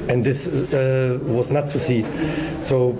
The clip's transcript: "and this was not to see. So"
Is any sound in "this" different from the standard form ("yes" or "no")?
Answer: no